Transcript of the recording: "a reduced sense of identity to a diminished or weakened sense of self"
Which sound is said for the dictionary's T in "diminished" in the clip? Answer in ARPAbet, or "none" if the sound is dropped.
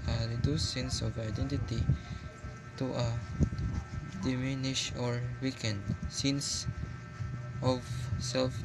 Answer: none